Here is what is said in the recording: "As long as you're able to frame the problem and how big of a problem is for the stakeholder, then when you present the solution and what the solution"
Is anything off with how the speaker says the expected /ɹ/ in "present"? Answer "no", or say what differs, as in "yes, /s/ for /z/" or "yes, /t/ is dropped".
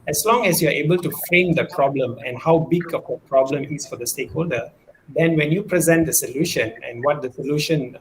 no